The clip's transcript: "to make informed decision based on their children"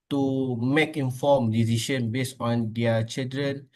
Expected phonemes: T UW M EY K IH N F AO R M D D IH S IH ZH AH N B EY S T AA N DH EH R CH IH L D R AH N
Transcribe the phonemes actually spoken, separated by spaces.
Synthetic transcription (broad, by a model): T UW M EY K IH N F AO M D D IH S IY SH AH N B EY S AA N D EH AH CH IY L D R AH N